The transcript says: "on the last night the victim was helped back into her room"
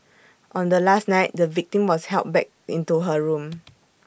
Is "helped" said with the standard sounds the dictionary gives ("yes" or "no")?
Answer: no